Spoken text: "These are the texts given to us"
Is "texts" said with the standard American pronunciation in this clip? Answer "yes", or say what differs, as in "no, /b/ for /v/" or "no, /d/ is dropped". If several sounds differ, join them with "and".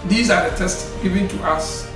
no, /k/ is dropped